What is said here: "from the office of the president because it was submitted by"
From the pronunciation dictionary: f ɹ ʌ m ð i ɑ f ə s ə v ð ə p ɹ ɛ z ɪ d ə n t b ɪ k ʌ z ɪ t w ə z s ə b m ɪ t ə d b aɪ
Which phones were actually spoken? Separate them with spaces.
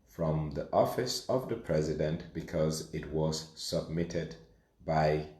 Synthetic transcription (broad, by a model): f ɹ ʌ m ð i ɑ f ə s ə v ð ə p ɹ ɛ z ɪ d ə n t b ɪ k ʌ z ɪ t w ə z s ə b m ɪ t ə d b aɪ